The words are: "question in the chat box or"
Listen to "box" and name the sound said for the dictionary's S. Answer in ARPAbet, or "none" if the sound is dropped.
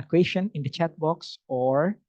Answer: S